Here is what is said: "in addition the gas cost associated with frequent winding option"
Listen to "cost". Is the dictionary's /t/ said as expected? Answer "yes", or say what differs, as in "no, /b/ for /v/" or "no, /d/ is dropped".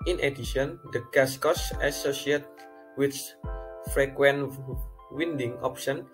no, /t/ is dropped